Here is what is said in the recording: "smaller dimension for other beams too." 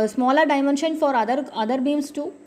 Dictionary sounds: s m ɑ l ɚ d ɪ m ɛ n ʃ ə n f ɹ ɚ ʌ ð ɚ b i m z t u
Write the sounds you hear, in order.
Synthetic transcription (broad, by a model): s m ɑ l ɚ d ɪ m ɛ n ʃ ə n f ɹ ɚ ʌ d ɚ b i m s t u